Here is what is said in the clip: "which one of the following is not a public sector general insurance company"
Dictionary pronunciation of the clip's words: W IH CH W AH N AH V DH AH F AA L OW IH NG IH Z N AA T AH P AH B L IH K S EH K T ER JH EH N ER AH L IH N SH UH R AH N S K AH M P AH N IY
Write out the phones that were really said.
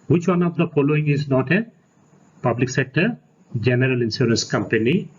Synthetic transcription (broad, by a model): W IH CH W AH N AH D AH F AA L OW IH NG IH Z N AA T AH P AH B L IH K S EH K T ER JH EH N ER AH L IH N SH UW R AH N S K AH M P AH N IY